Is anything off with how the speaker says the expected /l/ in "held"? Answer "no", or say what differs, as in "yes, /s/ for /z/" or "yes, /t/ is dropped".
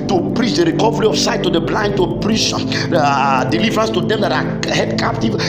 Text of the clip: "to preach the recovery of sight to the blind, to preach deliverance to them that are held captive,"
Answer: yes, /l/ is dropped